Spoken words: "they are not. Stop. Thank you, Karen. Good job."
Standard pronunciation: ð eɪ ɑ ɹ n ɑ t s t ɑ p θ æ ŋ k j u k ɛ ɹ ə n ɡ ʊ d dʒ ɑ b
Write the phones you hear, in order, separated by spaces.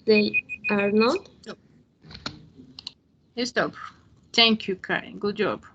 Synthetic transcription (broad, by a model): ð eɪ ɑ ɹ n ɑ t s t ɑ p t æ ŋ k j u k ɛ ə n ɡ ʊ d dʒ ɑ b